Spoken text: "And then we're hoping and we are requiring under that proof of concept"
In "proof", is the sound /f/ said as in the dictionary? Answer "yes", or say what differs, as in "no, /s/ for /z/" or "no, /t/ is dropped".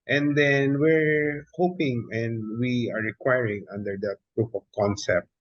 no, /p/ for /f/